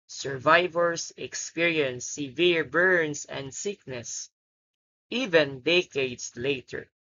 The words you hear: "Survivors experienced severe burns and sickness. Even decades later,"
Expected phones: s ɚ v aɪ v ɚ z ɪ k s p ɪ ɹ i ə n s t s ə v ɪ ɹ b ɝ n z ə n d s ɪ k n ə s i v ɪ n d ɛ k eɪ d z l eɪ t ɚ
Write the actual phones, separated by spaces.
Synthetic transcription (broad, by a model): s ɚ v aɪ v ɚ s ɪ k s p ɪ ɹ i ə n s s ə v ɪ ɹ b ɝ n s ə n d s ɪ k n ə s i v ɪ n d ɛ k eɪ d s l eɪ t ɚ